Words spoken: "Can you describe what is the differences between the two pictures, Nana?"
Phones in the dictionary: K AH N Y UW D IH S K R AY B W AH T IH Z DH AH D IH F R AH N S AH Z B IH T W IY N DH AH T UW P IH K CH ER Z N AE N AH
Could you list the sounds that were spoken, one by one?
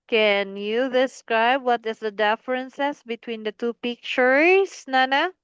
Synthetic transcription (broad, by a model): K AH N Y UW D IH S K R AY B W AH T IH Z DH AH D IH F R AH N S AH S B IH T W IY N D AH T UW P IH K CH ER S N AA N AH